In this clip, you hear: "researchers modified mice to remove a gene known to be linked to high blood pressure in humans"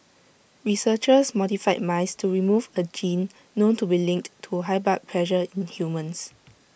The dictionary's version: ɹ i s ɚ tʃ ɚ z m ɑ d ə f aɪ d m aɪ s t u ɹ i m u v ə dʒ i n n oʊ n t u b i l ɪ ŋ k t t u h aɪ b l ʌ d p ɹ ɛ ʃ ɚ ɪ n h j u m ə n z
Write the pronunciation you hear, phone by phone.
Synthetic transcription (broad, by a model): ɹ i s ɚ tʃ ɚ s m ɑ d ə f aɪ m aɪ s t u ɹ i m u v ə dʒ i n n oʊ n t u b i l ɪ ŋ k t t u h aɪ b ɑ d p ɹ ɛ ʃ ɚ ɪ n h j u m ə n s